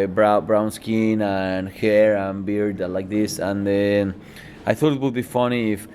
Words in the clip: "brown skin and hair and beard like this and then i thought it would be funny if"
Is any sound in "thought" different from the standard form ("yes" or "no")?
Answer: no